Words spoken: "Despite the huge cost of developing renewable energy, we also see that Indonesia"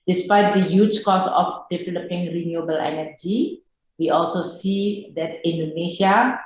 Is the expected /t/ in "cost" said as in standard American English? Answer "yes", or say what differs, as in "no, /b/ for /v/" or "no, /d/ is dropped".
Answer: no, /t/ is dropped